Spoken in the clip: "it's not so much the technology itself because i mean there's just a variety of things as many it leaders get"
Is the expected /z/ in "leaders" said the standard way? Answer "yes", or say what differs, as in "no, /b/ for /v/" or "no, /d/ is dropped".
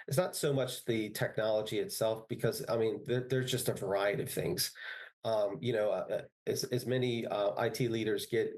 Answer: yes